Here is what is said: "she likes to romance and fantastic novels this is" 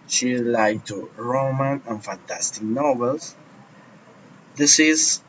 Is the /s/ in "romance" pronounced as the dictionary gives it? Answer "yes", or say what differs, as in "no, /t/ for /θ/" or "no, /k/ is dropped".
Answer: no, /s/ is dropped